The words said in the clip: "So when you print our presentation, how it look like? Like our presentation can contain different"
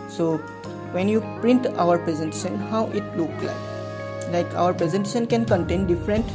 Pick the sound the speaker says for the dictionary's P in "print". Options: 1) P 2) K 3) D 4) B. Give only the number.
1